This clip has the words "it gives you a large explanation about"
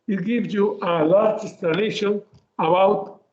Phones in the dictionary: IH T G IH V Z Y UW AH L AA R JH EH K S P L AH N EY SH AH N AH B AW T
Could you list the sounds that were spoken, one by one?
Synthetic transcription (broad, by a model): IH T G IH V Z Y UW AH L AA R JH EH S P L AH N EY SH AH N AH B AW T